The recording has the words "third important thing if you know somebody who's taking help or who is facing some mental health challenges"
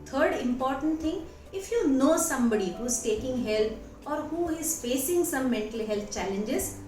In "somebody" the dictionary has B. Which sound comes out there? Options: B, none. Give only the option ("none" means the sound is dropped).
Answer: B